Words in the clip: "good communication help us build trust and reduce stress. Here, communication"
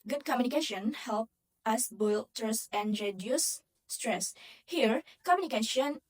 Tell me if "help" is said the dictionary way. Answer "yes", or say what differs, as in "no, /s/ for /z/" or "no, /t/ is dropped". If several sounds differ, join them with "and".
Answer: yes